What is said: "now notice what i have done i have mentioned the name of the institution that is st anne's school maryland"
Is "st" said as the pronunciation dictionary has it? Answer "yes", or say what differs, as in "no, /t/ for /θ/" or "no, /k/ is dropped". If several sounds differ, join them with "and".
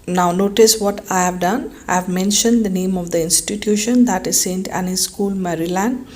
yes